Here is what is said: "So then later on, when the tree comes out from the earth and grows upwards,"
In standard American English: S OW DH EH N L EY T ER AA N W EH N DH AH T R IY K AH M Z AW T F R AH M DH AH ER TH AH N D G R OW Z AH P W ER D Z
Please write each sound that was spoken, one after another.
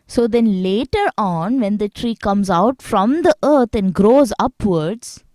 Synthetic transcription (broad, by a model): S OW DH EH N L EY T ER AA N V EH N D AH T R IY K AH M Z AW T F R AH M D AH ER T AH N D G R OW Z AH P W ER D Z